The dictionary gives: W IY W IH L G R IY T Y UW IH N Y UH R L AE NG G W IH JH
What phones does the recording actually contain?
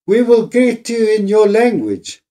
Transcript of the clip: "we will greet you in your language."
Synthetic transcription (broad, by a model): W IY W IH L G IY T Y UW IH N Y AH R L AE NG G W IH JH